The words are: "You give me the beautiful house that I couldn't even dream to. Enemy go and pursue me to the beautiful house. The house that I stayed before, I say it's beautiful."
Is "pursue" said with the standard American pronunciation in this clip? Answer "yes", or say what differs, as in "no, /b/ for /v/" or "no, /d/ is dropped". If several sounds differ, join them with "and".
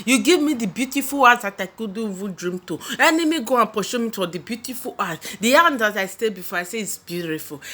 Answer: no, /ʃ/ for /s/